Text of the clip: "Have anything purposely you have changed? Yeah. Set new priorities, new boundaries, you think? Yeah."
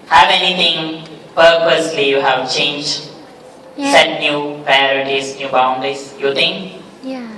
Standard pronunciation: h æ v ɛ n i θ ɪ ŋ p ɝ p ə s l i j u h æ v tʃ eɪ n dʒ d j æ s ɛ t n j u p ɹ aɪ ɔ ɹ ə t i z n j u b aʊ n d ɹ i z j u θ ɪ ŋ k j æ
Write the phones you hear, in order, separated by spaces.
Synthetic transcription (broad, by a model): h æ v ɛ n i t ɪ ŋ p ɝ p ə s l i j u h æ v tʃ eɪ n dʒ d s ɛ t n j u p ɹ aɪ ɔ ɹ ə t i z n j u b aʊ n d ɹ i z j u t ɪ ŋ k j